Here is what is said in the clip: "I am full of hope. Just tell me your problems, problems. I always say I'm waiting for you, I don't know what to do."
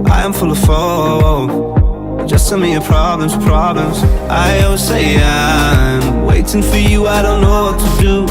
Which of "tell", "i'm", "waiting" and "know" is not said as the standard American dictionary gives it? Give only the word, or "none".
tell